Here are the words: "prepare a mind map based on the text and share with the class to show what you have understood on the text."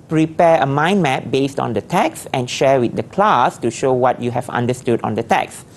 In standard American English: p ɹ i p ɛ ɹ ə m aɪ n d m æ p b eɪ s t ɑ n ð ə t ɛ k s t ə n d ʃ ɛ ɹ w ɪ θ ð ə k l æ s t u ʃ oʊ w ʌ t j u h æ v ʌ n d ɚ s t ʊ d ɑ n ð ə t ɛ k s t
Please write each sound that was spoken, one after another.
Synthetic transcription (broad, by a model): p ɹ i p ɛ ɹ ə m aɪ n m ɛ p b eɪ s t ɑ n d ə t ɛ k s ə n ʃ ɛ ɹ w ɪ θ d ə k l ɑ s t u ʃ oʊ w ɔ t j u h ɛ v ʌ n d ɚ s t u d ɑ n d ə t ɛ k s